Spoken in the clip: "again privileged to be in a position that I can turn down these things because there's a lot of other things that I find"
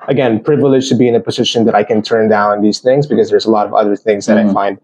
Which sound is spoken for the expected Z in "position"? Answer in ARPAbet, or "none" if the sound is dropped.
Z